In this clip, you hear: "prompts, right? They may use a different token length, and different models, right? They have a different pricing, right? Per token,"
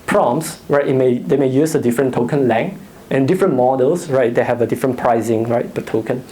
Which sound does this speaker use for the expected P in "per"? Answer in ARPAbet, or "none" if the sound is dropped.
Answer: B